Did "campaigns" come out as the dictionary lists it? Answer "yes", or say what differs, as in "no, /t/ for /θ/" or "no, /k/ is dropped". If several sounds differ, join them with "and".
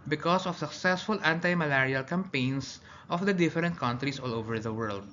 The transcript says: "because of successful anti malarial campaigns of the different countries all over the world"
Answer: no, /s/ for /z/